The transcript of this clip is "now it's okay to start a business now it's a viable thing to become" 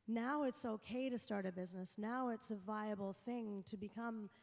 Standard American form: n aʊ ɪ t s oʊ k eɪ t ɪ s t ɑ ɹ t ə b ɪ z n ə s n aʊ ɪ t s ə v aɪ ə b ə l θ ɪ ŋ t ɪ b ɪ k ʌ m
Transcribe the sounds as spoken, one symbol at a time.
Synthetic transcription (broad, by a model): n aʊ ɪ t s oʊ k eɪ t ɪ s t ɑ ɹ t ə b ɪ z n ə s n aʊ ɪ t s ə v aɪ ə b l θ ɪ ŋ t ɪ b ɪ k ʌ m